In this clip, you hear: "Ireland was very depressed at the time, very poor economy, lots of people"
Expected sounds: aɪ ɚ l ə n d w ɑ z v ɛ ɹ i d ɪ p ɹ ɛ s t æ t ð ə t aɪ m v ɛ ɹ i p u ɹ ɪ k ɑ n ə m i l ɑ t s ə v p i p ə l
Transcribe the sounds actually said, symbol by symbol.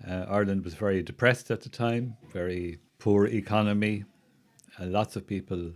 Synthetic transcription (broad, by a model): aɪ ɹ l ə n d w ɑ z v ɛ ɹ i d ɪ p ɹ ɛ s t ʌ t ð ə t aɪ m v ɛ ɹ i p u ɹ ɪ k ɑ n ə m i l ɑ t s ə v p i p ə l